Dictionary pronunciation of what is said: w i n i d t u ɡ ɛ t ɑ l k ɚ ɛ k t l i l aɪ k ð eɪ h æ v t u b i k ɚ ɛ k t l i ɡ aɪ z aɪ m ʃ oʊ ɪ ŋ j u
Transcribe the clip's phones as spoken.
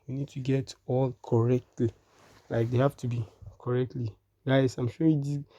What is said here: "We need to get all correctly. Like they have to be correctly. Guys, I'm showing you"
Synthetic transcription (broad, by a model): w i n i d t u ɡ ɛ t ɑ l k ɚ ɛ k t l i l aɪ k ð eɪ h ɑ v t u b i k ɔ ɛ k t l i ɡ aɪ s aɪ m ʃ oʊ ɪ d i